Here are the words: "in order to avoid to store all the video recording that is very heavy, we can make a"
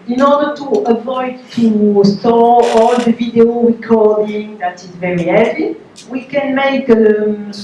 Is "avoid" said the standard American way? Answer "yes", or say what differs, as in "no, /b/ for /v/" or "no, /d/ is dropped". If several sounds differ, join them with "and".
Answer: yes